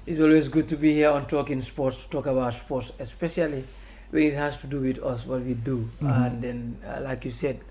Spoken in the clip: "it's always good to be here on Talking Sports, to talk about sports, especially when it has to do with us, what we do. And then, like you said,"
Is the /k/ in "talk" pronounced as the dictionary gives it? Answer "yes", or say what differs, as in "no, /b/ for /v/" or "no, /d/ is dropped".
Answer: yes